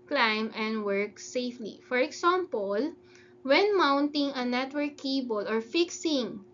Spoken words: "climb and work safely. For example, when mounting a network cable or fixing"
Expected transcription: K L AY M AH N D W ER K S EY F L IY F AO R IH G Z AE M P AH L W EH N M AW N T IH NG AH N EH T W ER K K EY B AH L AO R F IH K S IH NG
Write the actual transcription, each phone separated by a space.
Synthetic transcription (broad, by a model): K L AY M AH N D W ER K S EY F L IY F AO R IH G S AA M P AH L W EH N M AW N T IH NG AH N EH T W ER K K EY B AH L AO R F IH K S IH NG